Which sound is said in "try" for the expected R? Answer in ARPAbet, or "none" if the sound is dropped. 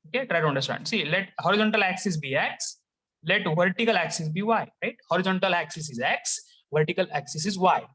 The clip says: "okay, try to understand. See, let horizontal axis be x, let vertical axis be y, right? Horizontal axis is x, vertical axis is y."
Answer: R